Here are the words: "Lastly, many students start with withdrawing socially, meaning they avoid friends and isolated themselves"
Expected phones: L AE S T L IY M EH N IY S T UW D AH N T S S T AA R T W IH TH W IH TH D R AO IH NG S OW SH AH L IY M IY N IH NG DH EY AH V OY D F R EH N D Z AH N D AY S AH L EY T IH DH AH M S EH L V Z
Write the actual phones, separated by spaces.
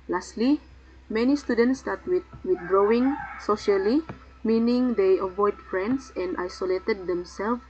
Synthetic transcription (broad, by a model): L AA S T L IY M EH N IY S T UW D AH N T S S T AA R T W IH W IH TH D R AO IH NG S OW SH AH L IY M IY N IH NG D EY AH V OY D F R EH N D S AH N D AY S AH L EY T IH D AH M S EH L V